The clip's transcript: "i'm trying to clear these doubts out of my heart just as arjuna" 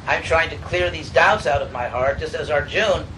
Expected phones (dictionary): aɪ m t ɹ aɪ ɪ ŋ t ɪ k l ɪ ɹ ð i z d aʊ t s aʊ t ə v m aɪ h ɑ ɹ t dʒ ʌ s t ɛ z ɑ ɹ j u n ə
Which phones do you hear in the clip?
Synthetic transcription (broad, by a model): aɪ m t ɹ aɪ ɪ ŋ t ɪ k l ɪ ɹ ð i z d aʊ t s aʊ t ə v m aɪ h ɑ ɹ t dʒ ʌ s t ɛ z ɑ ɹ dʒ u n